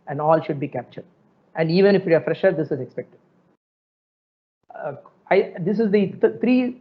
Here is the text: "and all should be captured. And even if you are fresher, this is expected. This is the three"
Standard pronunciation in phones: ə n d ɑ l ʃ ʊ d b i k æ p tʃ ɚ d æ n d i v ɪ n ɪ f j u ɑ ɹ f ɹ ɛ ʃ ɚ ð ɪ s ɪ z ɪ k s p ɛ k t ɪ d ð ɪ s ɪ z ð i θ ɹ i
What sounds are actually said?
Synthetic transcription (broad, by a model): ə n d ɑ l ʃ ʊ d b i k æ p tʃ ɚ d æ n d i v ɪ n ɪ f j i ɑ ɹ f ɹ ɛ ʃ ɚ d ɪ s ɪ z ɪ k s p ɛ k t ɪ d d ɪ s ɪ z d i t ɹ i